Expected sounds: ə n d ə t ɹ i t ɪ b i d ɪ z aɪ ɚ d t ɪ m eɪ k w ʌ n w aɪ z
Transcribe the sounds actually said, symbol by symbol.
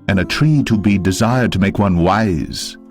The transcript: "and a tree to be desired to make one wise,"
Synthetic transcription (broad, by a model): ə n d ə t ɹ i t ɪ b i d ɪ z aɪ ɚ d t ɪ m eɪ k w ʌ n w aɪ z